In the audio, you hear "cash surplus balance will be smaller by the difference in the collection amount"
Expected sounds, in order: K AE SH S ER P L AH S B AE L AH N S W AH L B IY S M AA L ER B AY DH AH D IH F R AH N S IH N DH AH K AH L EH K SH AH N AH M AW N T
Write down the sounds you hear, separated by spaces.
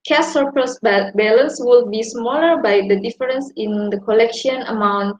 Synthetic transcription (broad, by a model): K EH S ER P AH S B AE L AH N S W AH L B IY S M AA L ER B AY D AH D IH F R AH N S IH N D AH K AH L EH K SH AH N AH M AW N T